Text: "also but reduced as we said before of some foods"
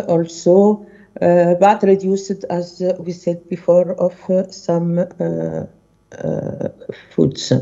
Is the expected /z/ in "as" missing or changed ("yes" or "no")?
no